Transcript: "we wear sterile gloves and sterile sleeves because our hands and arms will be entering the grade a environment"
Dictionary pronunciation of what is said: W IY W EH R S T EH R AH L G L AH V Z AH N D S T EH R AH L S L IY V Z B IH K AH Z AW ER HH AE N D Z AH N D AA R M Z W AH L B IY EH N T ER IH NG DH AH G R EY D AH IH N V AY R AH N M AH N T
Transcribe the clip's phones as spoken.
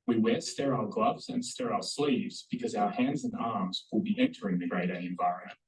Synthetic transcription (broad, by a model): W IY W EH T S T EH R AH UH G L AH V Z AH N S T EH R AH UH S L IY V Z B IH K AH Z AW ER HH AE N D Z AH N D AA R M Z W AH L B IY EH N T ER IH NG DH AH G R EY D AH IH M V AY R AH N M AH N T